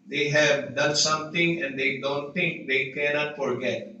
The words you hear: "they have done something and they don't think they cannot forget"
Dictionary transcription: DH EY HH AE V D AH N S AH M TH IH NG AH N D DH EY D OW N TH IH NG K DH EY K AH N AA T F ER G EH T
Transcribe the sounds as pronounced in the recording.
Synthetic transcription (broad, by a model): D EY HH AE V D AH N S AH M T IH NG AH N D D EY D OW N T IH NG K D EY K AH N AA T F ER G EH T